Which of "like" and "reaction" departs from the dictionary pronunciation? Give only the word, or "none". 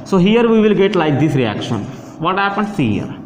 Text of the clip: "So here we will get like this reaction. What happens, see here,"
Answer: none